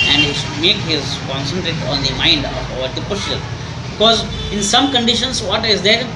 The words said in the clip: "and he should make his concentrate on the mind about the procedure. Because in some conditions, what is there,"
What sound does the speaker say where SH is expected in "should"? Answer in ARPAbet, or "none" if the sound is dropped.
S